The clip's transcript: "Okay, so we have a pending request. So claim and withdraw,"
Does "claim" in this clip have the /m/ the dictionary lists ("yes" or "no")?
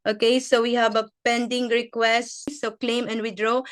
yes